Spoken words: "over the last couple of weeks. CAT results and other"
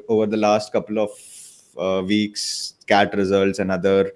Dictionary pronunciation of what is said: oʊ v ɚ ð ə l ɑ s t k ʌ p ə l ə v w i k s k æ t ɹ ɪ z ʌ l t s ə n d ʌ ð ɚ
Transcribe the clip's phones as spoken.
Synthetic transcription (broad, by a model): oʊ v ɚ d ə l ɑ s t k ʌ p ə l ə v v i k s k æ t ɹ ɪ z ʌ l t s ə n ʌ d ɚ